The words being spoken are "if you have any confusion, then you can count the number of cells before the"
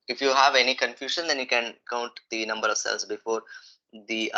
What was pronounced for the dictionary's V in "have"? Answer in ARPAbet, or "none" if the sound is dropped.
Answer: V